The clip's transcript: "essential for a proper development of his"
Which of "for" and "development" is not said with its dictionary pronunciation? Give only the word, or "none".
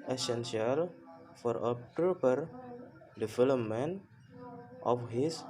development